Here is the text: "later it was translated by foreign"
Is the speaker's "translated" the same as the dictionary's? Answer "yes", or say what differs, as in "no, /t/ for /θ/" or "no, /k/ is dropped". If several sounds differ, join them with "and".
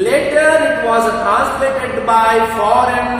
no, /n/ is dropped